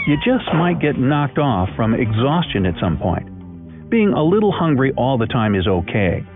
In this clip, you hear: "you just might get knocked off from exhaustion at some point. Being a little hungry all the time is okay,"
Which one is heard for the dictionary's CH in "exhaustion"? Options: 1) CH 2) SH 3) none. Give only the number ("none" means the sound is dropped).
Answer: 1